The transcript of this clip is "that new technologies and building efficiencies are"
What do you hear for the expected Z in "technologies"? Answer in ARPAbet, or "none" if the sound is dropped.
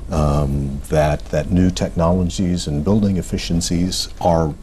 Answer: Z